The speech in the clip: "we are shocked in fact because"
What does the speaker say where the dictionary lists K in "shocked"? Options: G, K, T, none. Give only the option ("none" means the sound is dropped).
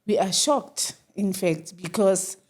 K